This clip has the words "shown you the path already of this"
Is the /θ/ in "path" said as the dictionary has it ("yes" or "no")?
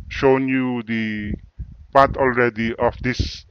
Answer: no